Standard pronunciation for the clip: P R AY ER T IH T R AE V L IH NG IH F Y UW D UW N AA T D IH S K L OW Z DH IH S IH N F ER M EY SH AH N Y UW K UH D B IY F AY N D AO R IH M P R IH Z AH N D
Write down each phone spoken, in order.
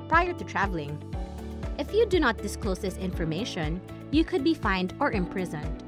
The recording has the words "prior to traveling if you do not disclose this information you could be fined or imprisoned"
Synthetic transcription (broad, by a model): P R AY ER T IH T R AE V L IH NG IH F Y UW D UW N AA T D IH S K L OW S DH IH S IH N F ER M EY SH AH N Y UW K UH D B IY F AY N D AO R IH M P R IH Z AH N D